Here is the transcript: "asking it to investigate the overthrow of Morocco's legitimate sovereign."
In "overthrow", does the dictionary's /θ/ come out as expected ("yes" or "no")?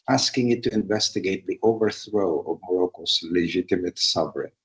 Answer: yes